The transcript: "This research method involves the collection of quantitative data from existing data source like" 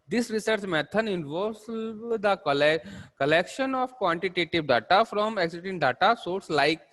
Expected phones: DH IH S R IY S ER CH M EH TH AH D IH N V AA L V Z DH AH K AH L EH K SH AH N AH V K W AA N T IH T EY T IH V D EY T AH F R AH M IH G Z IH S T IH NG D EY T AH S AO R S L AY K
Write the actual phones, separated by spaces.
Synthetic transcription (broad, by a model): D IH S R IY S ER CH M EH T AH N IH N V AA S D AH K AH L EH K SH AH N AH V K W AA N T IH T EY T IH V D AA T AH F R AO M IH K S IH T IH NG D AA T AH S AO R S L AY K